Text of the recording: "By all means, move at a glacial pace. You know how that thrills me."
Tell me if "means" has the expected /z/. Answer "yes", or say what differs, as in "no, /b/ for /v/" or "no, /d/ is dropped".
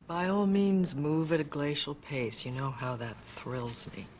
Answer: yes